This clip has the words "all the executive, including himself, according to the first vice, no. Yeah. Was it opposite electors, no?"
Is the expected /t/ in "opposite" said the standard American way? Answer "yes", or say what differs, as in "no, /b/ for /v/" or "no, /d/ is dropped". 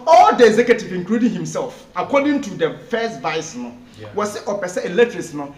no, /t/ is dropped